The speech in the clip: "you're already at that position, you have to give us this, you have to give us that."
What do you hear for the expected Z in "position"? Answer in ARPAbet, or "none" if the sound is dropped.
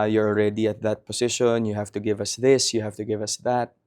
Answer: S